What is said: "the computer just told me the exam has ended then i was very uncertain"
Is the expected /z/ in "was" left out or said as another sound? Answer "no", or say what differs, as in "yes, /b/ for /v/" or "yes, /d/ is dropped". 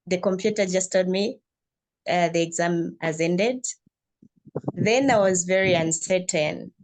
no